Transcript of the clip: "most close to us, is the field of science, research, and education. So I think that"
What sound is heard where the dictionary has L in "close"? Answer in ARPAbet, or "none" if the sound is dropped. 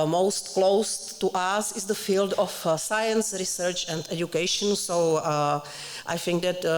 L